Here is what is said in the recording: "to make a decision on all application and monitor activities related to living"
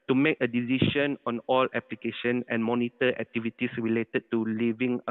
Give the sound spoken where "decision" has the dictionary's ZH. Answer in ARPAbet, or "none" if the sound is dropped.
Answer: SH